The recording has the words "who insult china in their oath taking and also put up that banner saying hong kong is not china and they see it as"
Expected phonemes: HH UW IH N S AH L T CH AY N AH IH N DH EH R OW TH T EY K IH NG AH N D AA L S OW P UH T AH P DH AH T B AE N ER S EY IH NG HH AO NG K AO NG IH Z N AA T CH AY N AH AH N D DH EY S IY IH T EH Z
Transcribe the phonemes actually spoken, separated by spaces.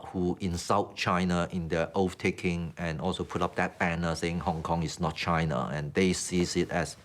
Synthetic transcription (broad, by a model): HH UW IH N S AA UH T CH AY N AH IH N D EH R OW F T EY K IH NG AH N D AA L S OW P UH T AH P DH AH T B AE N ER S EY IH NG HH AO NG K AO NG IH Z N AA T CH AY N AH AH N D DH EY S IY IH T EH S